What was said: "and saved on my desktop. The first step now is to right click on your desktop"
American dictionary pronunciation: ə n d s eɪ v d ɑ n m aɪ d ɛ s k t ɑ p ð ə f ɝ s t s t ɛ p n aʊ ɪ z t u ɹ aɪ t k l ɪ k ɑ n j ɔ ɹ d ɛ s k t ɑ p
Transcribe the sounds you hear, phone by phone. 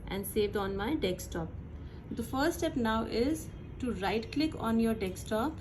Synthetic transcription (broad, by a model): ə n d s eɪ v d ɑ n m aɪ d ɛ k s t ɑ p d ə f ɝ t s t ɛ p n aʊ ɪ z t u ɹ aɪ t k l ɪ k ɑ n j ɔ ɹ d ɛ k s t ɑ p